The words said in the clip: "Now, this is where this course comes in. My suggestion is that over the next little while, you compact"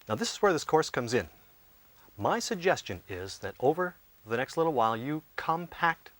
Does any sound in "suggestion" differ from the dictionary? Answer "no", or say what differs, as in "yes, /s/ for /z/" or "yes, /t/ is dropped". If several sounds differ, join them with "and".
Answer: no